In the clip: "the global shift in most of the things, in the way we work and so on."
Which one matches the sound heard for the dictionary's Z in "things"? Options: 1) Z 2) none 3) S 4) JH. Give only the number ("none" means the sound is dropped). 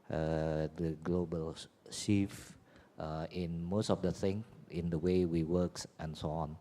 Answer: 2